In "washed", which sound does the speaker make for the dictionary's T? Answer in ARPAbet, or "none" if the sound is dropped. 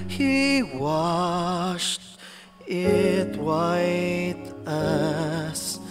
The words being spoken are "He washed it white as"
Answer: T